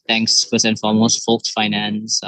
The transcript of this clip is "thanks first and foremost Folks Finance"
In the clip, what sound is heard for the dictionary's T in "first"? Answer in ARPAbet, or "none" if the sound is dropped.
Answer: none